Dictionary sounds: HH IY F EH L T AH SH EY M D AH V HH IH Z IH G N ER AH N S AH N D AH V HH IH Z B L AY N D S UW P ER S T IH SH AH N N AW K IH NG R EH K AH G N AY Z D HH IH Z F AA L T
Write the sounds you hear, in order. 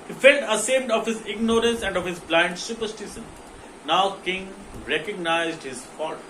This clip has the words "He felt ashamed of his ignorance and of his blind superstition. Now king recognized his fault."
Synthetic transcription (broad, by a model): HH IY F EH L T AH S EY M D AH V HH IH Z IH G N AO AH N S AH N D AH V HH IH Z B L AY N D S UW P ER S T IH SH AH N N AW K IH NG R EH K AH G N AY Z D HH IH Z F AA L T